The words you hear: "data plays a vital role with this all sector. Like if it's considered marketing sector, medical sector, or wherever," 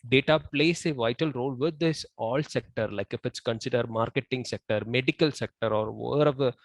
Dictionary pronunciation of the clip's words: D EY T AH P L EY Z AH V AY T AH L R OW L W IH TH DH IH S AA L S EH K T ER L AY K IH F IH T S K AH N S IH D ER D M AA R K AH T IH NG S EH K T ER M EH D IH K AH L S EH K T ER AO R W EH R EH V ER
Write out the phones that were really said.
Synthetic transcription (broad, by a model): D EY T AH P L EY S AH V AY T AH L R OW L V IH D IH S AA L S EH K T ER L AY K IH F IH T S K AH N S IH D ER D M AA R K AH T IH NG S EH K T ER M EH D IH K AH L S EH K T ER AO R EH R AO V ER